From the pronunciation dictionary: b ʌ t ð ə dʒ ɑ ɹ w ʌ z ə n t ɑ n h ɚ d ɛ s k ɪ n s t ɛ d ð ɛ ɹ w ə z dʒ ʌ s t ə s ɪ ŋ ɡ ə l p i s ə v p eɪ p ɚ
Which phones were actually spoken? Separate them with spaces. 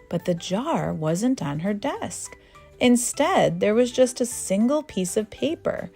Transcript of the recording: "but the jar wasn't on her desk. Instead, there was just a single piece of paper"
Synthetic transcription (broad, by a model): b ʌ t ð ə dʒ ɑ ɹ w ʌ z ə n t n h ɚ d ɛ s k ɪ n s t ɛ d ð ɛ ɹ w ə z dʒ ʌ s t ə s ɪ ŋ ɡ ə l p i s ə v p eɪ p ɚ